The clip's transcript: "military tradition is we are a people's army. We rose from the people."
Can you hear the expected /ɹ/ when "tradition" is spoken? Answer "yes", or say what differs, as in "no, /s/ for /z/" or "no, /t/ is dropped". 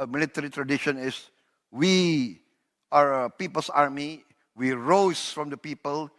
yes